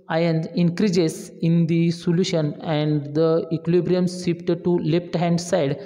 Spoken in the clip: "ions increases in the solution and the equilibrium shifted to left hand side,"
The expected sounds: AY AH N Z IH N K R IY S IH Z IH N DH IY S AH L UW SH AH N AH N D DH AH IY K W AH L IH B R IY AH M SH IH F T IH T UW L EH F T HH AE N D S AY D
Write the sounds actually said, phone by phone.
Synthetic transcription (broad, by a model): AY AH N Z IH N K R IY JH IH S IH N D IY S AH L UW SH AH N AH N D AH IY K L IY B R IY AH M S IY P T T UW L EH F T HH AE N D S AY D